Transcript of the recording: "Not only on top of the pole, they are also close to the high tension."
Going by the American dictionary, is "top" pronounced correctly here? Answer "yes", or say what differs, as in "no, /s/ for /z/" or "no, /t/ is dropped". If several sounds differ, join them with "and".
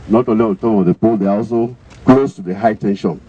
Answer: no, /p/ is dropped